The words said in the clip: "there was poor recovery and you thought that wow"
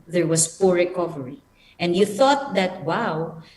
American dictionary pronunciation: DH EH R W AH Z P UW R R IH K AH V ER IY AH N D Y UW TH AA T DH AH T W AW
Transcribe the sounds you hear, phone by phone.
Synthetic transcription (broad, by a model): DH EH R W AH S P UW R R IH K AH V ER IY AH N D Y UW TH AA T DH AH T W AW